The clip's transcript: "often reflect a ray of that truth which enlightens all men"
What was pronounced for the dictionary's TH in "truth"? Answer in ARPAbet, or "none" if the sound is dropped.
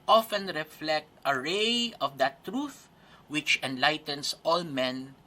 TH